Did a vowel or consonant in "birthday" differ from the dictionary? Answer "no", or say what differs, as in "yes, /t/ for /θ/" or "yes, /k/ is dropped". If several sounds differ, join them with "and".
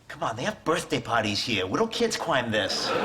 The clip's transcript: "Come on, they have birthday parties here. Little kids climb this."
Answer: no